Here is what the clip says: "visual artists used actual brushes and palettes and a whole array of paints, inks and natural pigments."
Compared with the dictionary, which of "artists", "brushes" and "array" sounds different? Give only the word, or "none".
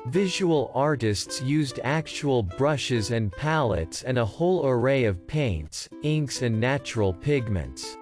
none